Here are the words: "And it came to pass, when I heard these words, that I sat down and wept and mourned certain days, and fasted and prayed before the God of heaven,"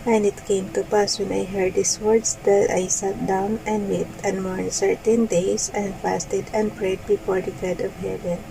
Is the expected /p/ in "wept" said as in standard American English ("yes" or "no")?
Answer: no